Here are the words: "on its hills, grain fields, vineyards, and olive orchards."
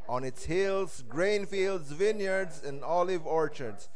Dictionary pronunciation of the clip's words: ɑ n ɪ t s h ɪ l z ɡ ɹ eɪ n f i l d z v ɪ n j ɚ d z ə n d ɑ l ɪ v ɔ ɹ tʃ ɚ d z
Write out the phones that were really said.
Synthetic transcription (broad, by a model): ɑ n ɪ t s h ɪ l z ɡ ɹ eɪ n f i l d z v ɪ n j ɚ d z ə n d ɑ l ɪ v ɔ ɹ tʃ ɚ d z